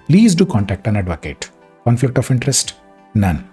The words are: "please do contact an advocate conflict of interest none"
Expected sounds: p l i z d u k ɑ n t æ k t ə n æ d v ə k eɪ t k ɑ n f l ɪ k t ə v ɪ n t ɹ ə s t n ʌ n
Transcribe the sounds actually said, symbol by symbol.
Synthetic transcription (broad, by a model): p l i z d u k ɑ n t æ k t ə n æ d v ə k eɪ t k ɑ n f l ɪ k t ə f ɪ n t ɹ ə s t n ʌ n